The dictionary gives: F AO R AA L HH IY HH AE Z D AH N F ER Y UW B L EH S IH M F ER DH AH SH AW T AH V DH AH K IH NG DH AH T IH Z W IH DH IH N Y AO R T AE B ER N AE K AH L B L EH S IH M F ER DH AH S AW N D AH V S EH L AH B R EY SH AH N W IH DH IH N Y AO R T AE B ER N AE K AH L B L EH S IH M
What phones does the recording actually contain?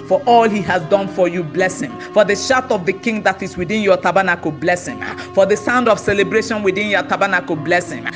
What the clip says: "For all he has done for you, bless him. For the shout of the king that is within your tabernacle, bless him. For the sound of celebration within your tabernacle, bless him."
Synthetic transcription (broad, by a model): F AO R AA L HH IY HH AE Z D AH N F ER Y UW B L EH S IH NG F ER DH AH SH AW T AH V DH AH K IH NG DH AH T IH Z W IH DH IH N Y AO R T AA B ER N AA K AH B L EH S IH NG F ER DH AH S AW N D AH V S EH L AH B R EY SH AH N W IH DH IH N Y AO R T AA B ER N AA K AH B L EH S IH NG